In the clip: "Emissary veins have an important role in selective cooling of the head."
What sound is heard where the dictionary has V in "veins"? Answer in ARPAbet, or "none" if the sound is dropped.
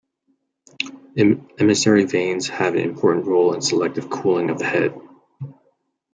V